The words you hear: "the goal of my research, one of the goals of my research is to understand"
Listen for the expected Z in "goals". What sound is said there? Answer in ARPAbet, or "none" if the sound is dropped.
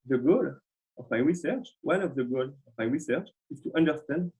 none